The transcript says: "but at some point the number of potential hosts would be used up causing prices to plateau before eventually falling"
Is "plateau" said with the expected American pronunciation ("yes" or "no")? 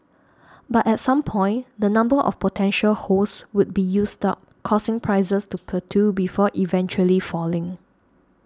no